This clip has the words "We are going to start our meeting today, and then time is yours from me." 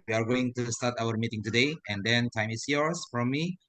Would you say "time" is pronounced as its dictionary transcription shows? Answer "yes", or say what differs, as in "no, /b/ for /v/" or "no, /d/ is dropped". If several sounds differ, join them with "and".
yes